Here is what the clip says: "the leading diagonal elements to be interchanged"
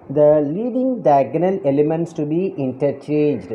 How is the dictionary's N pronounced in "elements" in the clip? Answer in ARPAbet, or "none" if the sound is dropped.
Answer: N